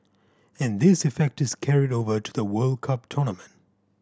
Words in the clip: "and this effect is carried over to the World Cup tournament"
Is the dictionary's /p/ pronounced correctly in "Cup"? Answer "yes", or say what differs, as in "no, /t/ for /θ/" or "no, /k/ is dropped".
yes